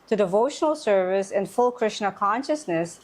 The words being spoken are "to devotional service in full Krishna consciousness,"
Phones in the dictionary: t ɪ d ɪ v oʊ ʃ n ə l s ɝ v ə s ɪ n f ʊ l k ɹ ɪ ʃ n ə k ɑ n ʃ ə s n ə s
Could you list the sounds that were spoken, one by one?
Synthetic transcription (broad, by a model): t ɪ d ɪ v oʊ ʃ n ə l s ɝ v ə s ɪ n f ʊ l k ɹ ɪ ʃ n ə k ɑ n ʃ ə s n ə s